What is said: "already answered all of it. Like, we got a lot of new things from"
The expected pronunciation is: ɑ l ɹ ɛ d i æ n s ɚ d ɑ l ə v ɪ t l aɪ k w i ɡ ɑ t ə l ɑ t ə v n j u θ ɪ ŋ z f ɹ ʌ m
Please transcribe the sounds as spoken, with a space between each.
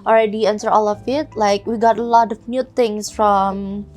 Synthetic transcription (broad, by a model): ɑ l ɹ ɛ d i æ n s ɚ ɑ l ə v ɪ t l aɪ k w i ɡ ɑ t ə l ɑ t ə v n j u t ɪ ŋ s f ɹ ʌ m